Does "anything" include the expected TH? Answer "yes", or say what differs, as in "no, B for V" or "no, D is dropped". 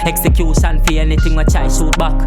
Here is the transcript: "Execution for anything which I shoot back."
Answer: no, T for TH